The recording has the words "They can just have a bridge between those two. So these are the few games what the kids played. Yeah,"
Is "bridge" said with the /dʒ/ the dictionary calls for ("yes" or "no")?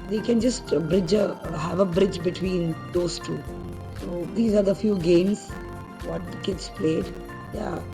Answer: yes